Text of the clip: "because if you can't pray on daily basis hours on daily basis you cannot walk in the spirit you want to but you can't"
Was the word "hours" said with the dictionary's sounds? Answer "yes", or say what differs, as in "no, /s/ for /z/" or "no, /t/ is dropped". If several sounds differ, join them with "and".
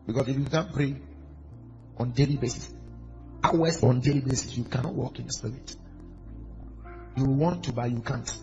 no, /s/ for /z/